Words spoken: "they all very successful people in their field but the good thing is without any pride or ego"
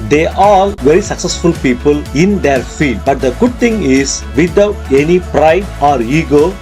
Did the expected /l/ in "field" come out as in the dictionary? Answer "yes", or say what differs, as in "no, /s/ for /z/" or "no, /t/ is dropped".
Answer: no, /l/ is dropped